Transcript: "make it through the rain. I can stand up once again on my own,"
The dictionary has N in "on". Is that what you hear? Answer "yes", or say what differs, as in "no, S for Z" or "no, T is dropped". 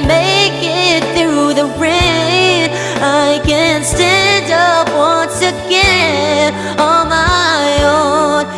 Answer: no, L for N